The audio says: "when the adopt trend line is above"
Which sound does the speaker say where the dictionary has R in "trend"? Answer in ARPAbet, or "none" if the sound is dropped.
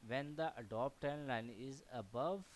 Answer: none